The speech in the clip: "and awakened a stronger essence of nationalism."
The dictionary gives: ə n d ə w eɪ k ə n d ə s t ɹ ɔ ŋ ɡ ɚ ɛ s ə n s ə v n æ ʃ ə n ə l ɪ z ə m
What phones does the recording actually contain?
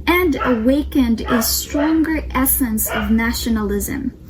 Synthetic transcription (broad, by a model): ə n d ə w eɪ k ə n d ə s t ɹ ɔ ŋ ɡ ɚ ɛ s ə n s ə v n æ ʃ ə n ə l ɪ z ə m